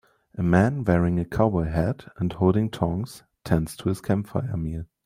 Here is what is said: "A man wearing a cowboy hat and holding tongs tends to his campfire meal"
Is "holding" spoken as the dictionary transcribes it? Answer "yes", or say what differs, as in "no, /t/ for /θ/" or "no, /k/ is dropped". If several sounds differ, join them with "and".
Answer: yes